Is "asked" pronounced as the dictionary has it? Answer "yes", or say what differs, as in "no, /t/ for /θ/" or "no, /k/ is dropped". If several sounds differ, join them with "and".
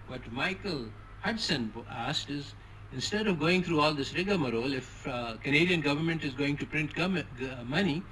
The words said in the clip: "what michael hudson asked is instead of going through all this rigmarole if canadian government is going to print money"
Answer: yes